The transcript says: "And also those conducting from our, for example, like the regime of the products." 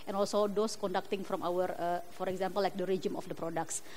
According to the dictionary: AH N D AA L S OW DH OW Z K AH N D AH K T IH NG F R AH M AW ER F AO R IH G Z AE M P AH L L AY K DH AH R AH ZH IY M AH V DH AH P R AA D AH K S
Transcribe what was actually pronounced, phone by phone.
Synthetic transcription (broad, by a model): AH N AA L S OW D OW S K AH N D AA K T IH NG F R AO M AW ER F AO R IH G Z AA M P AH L L AY K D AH R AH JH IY M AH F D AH P R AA D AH K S